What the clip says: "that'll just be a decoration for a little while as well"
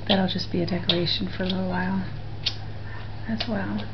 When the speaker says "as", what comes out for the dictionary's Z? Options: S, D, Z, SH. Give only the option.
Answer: S